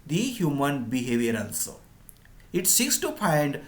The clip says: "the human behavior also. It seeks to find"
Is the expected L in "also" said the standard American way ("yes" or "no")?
no